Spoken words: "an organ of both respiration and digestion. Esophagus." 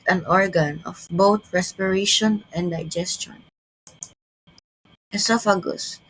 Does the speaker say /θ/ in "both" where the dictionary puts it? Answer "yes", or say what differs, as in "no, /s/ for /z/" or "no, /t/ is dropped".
no, /t/ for /θ/